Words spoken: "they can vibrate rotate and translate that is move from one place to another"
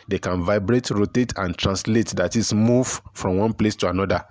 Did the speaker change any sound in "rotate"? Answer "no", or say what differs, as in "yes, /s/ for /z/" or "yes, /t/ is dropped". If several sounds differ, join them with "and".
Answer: no